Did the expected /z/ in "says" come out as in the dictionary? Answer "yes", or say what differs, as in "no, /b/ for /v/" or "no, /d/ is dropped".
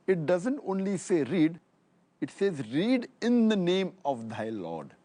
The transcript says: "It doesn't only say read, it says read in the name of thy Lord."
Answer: yes